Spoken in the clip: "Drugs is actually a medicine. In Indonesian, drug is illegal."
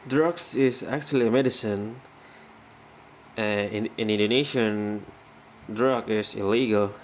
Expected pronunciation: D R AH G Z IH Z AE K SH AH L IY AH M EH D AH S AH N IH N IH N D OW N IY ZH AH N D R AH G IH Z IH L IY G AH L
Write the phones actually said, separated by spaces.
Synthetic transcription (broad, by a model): D R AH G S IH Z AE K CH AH L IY AH M EH D AH S AH N IH N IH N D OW N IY SH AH N D R AH G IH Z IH L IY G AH L